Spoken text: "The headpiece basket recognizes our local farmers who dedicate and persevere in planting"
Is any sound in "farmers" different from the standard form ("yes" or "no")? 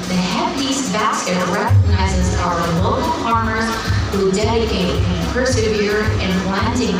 yes